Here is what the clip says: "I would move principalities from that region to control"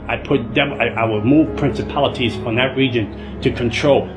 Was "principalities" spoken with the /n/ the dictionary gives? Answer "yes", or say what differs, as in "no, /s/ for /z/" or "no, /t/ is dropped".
yes